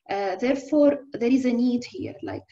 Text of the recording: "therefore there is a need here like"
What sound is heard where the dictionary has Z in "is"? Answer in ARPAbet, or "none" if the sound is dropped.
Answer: Z